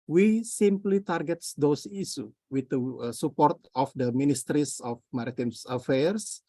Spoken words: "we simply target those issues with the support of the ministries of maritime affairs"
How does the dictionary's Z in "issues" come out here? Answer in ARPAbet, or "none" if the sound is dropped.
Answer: none